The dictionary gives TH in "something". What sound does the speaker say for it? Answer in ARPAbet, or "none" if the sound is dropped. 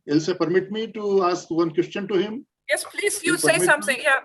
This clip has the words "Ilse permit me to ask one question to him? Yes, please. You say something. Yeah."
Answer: T